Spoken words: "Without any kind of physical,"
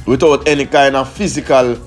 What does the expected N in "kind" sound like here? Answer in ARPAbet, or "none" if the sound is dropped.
N